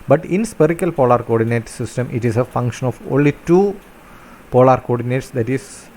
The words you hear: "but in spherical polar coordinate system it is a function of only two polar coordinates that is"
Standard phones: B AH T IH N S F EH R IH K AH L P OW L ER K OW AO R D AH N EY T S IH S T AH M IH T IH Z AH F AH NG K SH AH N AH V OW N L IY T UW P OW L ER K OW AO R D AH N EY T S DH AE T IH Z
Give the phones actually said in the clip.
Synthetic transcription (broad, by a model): B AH T IH N S P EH R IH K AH L P OW L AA K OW AO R D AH N EY T S IH S T AH M IH T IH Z AH F AH NG K SH AH N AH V OW N L IY T UW P OW L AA K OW AO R D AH N EY T S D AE T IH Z